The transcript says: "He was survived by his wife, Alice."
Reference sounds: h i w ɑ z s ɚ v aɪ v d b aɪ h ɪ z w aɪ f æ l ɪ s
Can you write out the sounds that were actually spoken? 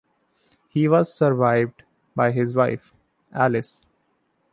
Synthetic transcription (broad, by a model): h i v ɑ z s ɚ v aɪ v d b aɪ h ɪ z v aɪ f æ l ɪ s